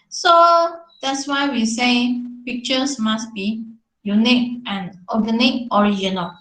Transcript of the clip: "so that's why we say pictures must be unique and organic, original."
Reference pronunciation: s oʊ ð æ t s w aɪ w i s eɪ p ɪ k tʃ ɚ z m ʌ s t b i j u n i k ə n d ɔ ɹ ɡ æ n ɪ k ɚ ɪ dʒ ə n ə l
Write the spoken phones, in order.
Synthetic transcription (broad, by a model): s oʊ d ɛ t s w aɪ w i s eɪ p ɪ k tʃ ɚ s m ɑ s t b i j u n i k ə n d ɔ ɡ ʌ n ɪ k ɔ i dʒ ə n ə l